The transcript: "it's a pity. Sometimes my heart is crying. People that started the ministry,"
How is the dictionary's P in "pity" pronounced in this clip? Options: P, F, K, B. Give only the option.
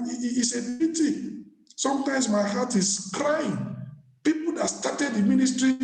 B